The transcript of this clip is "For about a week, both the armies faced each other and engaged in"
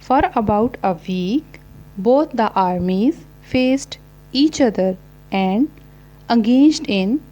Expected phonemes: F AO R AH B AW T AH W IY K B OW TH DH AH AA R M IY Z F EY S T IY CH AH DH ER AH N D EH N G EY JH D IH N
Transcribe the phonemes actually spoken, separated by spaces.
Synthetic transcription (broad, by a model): F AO R AH B AW T AH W IY K B OW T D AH AA R M IY Z F EY S T IY CH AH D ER AH N D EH G EY JH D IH N